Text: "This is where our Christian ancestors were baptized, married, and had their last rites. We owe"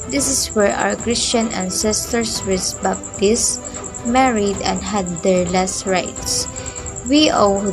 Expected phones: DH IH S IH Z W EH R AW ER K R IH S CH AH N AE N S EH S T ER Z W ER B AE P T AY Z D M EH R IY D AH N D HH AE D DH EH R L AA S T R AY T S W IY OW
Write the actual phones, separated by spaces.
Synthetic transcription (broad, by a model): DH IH S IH S W EH R AW ER K R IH S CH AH N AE N S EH S T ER S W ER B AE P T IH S M EH R IY D AH N D HH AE D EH R L AA S T R AY T S W IY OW